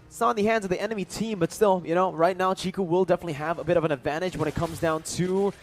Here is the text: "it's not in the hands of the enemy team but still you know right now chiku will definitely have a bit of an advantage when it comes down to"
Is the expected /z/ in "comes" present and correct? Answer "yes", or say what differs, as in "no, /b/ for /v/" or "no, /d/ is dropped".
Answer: yes